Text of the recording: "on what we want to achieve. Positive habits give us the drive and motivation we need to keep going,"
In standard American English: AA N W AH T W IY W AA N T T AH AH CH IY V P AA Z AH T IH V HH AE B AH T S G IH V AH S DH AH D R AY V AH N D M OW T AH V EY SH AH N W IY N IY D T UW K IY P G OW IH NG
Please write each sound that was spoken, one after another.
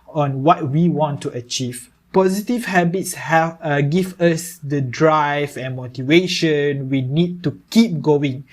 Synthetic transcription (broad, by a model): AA N W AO T W IY W AA N T T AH AH CH IY V P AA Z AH T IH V HH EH B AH T S G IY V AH S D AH D R AY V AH N M OW T AH V EY SH AH N W IY N IY D T UW K IY P G OW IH NG